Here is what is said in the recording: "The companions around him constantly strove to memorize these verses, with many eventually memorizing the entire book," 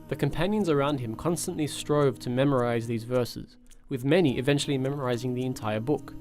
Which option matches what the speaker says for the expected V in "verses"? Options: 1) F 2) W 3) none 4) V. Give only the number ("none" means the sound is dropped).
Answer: 4